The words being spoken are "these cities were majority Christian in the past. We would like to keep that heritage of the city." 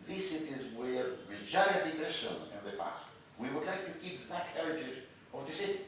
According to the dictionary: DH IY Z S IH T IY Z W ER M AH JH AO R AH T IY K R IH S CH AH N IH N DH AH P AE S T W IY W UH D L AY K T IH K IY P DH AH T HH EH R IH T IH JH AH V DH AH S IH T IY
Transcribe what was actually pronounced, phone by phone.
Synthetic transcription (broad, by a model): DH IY S IH T IY Z W ER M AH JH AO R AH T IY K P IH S AH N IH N DH AH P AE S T W IY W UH D L AY K T IH K IY P DH AH T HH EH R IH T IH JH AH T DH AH S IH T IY